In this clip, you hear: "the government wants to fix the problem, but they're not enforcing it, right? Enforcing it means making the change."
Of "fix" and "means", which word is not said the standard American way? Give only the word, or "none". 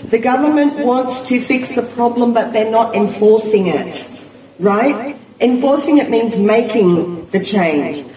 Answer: none